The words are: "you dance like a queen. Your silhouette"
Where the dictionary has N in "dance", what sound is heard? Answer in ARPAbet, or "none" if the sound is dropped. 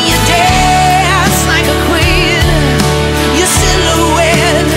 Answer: none